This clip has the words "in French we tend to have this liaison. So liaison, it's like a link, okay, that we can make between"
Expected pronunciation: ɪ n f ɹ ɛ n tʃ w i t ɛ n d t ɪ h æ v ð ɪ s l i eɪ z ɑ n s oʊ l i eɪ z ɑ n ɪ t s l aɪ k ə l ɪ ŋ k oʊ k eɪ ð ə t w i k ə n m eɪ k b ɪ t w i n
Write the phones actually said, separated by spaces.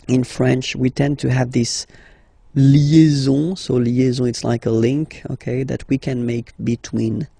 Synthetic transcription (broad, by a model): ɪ n f ɹ ɛ n tʃ w i t ɛ n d t ɪ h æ v ð ɪ s l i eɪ z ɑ s oʊ l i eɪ z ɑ ɪ t s l aɪ k ə l ɪ ŋ k oʊ k eɪ ð ə t w i k ə n m eɪ k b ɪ t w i n